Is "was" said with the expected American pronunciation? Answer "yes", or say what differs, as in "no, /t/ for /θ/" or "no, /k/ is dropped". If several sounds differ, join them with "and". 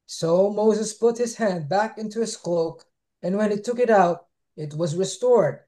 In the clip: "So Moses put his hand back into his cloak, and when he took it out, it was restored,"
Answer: yes